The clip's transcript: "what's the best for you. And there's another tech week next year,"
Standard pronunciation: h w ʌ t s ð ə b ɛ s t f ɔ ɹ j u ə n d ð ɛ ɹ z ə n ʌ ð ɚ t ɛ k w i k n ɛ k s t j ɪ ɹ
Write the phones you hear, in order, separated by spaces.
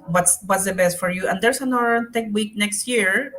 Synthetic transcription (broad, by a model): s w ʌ t s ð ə b ɛ s t f ɔ ɹ j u ə n d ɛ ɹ s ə n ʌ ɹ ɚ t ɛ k w i k n ɛ k s t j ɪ ɹ